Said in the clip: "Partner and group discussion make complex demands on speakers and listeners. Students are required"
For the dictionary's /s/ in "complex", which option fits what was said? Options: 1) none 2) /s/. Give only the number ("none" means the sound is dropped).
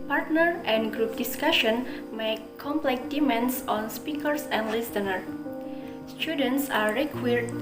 1